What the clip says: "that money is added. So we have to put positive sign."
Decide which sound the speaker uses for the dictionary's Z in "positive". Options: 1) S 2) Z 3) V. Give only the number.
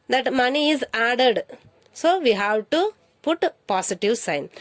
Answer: 1